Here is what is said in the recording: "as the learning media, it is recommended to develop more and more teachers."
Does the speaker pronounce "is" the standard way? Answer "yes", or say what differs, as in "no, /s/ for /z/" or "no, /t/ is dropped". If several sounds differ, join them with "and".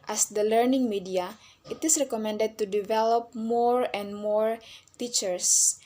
no, /s/ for /z/